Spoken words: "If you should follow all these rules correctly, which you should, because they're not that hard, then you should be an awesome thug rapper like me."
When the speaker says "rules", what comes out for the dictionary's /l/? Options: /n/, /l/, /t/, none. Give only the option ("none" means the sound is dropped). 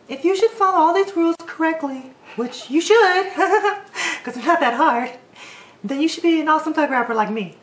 /l/